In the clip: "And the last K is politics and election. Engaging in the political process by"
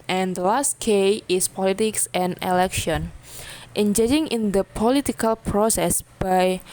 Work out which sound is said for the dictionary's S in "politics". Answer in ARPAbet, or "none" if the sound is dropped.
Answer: S